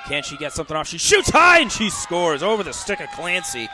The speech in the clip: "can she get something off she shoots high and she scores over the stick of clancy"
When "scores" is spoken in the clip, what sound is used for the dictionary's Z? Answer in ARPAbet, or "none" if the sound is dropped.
Z